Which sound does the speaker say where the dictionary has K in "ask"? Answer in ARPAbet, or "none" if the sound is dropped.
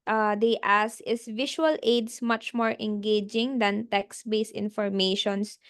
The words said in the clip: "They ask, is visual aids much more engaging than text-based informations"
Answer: none